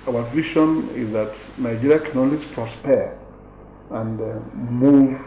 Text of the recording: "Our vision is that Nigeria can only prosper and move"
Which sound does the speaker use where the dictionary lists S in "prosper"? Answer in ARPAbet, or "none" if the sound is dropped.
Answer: S